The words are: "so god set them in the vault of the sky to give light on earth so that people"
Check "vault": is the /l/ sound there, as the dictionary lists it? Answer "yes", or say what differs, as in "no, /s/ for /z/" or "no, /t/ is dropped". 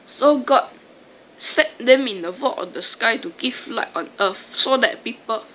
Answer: no, /l/ is dropped